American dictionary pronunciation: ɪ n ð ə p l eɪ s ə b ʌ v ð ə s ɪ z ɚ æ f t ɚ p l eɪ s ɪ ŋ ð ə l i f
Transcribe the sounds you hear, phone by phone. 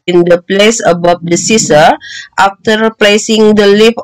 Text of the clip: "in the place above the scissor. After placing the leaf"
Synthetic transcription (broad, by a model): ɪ n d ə p l eɪ s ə b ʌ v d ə s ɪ s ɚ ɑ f t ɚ p l eɪ s ɪ ŋ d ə l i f